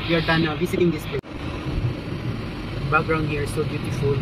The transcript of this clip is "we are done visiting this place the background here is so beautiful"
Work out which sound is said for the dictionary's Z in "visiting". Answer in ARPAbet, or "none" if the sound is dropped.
S